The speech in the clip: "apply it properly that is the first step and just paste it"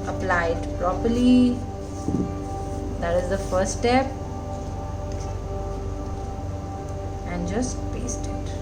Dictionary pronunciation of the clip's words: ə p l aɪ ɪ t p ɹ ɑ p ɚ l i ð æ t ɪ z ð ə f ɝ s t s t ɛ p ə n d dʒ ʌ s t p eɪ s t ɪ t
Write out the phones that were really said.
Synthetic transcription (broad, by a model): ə p l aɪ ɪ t p ɹ ɑ p ɚ l i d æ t ɪ z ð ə f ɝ t s t ɛ p ə n d dʒ ʌ s t p eɪ s t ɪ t